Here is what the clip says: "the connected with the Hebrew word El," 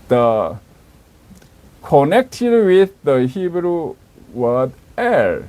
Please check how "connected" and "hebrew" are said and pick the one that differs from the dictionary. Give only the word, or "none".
none